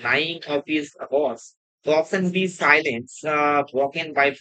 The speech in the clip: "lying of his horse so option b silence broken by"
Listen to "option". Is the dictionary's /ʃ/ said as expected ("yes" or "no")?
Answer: no